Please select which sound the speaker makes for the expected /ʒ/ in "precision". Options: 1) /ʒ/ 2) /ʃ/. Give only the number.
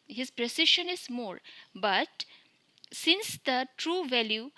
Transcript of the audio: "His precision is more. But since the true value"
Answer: 2